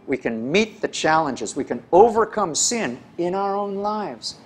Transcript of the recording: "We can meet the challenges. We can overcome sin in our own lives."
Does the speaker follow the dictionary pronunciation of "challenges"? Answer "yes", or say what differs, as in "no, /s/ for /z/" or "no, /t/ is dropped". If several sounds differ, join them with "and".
yes